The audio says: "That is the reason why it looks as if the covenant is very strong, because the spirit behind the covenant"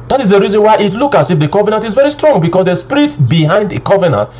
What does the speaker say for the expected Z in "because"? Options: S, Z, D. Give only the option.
S